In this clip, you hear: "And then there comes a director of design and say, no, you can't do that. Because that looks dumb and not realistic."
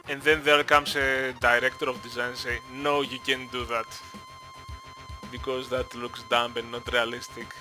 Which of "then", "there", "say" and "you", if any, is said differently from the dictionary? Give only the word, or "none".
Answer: there